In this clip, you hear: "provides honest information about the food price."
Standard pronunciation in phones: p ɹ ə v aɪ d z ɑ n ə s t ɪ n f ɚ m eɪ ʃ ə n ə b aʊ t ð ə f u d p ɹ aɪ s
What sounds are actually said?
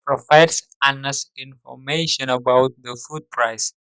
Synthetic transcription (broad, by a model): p ɹ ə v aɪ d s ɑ n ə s ɪ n f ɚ m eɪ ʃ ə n ə b aʊ t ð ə f u d p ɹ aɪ s